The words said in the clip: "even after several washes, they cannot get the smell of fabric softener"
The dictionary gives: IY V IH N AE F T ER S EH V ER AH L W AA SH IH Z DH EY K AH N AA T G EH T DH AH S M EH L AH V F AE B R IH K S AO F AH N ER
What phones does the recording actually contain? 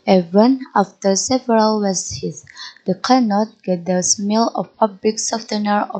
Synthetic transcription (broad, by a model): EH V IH N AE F T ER S EH V ER AH L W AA S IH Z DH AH K AH N AA T G EH T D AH S M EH L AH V P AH B L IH K S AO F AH N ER